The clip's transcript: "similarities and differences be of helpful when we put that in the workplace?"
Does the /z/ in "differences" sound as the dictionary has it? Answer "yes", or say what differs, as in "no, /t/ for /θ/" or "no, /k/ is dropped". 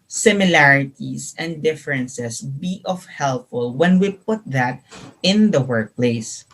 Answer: no, /s/ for /z/